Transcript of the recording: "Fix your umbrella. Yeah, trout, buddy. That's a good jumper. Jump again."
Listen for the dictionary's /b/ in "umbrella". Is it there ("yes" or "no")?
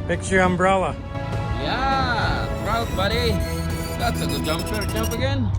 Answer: yes